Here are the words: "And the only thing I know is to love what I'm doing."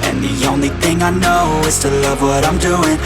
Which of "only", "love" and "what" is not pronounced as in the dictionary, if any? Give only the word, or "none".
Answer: none